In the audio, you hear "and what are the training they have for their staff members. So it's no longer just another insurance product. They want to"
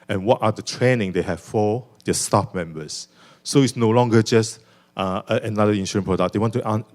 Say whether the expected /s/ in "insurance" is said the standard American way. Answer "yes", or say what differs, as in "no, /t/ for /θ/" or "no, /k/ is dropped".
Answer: no, /s/ is dropped